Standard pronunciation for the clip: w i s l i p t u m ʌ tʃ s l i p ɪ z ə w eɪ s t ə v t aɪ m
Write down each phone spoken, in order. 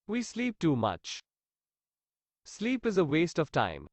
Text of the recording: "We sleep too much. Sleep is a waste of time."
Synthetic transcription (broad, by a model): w i s l i p t u m ʌ tʃ s l i p ɪ z ə w eɪ s t ə v t aɪ m